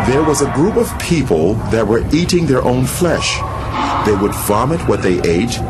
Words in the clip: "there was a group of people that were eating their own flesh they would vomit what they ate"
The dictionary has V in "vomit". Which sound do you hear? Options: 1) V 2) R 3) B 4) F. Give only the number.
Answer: 1